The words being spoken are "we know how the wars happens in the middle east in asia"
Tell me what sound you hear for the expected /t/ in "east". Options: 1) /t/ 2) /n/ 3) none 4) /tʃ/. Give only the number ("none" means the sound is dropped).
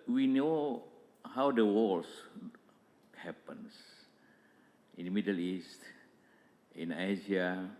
1